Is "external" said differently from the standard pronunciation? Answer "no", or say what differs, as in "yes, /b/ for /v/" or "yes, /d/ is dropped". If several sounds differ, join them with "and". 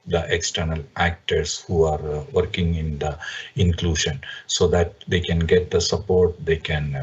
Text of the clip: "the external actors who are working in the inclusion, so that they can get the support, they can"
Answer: no